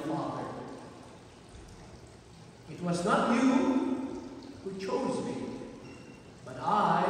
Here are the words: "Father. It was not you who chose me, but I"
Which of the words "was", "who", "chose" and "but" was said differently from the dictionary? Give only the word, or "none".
none